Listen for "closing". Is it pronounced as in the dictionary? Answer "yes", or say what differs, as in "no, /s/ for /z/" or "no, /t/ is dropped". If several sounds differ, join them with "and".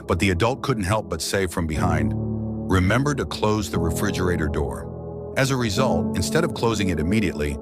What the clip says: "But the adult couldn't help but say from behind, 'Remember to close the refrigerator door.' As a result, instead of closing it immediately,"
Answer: yes